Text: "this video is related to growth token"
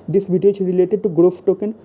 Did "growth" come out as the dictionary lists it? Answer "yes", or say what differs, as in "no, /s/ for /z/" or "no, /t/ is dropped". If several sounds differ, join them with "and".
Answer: no, /f/ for /θ/